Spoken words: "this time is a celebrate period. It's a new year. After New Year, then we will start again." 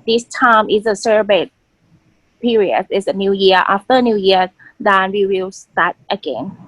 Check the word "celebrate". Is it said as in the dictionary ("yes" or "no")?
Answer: no